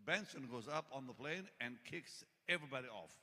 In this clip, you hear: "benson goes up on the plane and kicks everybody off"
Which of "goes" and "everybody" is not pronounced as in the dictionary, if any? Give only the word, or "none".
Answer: none